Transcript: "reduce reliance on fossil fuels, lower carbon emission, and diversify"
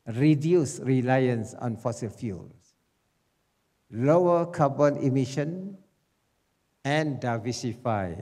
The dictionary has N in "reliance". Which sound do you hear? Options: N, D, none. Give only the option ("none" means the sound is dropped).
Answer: N